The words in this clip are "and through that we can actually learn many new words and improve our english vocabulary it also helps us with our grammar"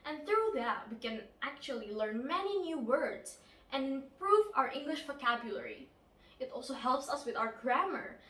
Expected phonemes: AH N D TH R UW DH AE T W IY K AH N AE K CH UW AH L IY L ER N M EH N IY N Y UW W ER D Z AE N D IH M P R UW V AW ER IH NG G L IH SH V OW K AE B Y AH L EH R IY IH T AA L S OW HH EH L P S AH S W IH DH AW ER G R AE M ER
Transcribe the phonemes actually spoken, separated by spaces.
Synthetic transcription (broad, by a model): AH N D TH R UW DH AE T W IY K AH N AE K CH UW AH L IY L ER N M EH N IY N Y UW W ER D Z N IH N P R UW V AW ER IH NG G L IH SH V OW K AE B Y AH L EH R IY IH T AA L S OW HH EH L P S AH S W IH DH AW ER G R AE M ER